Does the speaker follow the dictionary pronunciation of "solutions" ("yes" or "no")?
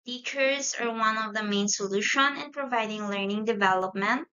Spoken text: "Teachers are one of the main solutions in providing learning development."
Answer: no